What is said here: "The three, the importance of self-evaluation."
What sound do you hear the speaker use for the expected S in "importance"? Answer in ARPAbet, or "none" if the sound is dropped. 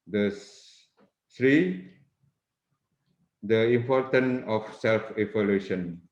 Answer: none